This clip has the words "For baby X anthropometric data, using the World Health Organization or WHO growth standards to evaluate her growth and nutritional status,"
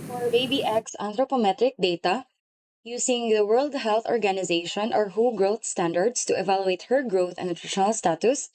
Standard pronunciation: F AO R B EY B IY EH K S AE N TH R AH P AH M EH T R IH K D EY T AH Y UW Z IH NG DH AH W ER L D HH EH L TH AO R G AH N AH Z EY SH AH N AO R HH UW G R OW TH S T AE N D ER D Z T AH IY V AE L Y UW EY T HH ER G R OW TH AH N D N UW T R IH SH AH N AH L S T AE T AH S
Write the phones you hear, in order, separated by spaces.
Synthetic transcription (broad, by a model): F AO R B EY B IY EH K S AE N T R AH P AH M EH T R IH K D EY T AH Y UW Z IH NG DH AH W ER L D HH EH L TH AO R G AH N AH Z EY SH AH N AO R HH UW G R OW TH S T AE N D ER D S T AH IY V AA L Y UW EY T HH ER G R OW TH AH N N UW T R IH SH AH N AH L S T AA T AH S